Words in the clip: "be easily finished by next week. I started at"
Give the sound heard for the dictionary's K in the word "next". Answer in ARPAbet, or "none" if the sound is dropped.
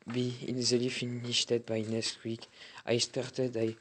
none